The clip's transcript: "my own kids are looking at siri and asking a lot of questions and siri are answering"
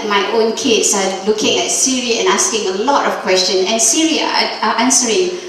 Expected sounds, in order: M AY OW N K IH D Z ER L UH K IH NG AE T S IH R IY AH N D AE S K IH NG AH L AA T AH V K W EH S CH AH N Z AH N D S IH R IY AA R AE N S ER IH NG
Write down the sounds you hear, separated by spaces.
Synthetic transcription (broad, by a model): M AY OW N K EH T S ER L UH K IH NG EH T S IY R IY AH N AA S K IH NG AH L AA T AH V K W EH S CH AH N AH N S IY R IY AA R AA N S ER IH NG